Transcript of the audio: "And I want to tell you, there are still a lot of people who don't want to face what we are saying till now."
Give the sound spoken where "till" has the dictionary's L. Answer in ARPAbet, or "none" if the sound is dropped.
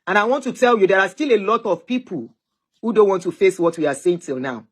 L